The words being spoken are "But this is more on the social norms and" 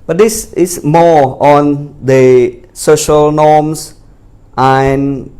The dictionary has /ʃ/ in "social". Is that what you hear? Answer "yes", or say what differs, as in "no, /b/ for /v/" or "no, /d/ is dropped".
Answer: yes